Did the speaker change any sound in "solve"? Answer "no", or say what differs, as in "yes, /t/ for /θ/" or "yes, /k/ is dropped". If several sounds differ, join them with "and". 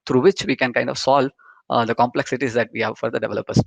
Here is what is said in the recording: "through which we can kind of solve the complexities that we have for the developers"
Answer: no